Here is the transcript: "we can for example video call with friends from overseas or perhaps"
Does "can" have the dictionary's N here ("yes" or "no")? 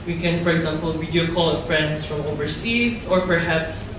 yes